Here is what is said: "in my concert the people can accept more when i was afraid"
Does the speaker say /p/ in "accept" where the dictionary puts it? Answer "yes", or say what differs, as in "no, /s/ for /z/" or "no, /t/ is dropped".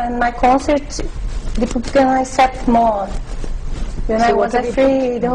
no, /p/ is dropped